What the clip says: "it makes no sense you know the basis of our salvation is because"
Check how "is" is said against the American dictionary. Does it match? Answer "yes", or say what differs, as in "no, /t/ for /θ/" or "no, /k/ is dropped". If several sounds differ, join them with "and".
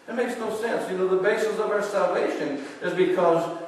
yes